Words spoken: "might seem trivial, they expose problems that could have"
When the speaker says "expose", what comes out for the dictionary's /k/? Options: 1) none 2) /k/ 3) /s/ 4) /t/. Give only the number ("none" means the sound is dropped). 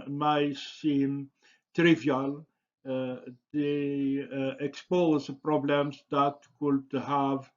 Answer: 2